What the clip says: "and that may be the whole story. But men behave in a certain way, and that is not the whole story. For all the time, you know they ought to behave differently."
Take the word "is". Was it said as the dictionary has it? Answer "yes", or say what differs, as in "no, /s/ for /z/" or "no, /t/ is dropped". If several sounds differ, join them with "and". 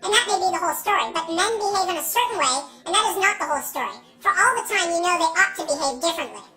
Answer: yes